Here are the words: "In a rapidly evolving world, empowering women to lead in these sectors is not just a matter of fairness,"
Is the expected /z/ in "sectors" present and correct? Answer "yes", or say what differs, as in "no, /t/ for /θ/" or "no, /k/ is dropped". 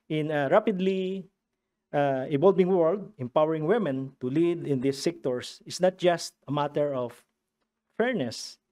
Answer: no, /s/ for /z/